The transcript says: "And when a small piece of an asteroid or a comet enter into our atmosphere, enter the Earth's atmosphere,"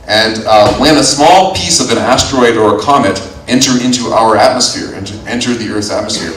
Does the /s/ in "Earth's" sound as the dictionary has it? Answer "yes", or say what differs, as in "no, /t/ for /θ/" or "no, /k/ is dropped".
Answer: no, /s/ is dropped